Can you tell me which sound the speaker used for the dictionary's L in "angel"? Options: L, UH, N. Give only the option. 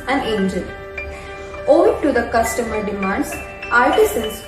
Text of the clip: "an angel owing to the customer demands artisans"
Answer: N